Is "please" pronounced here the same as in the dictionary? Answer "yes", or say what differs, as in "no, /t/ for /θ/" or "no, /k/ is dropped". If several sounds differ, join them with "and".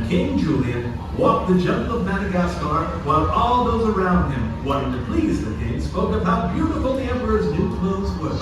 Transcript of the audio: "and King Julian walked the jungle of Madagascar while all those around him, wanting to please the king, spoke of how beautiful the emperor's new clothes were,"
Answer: yes